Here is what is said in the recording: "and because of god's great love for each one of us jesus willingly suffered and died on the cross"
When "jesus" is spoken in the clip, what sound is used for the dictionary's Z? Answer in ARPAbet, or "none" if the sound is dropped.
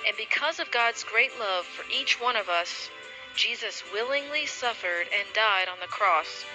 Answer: Z